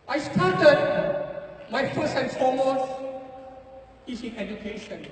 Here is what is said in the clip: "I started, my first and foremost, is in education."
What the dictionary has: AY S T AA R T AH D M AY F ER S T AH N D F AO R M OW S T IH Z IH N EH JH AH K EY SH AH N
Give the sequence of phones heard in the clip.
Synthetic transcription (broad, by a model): AY S T AA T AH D M AY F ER S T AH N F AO M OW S IH S IH N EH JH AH K EY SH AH N